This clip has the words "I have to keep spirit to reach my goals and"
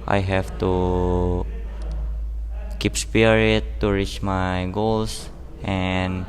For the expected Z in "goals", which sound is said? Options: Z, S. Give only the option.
S